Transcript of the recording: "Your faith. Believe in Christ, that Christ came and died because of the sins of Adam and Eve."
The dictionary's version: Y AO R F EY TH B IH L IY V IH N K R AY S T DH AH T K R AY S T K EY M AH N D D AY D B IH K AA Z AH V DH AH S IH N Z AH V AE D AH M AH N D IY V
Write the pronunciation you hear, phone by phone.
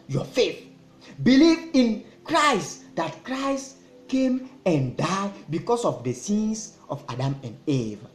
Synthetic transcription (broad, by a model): Y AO F EY TH B IH L IY V IH N K R AY S T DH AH T K R AY S T K EY M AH N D D AY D B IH K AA S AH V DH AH S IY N S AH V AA D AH M AH N D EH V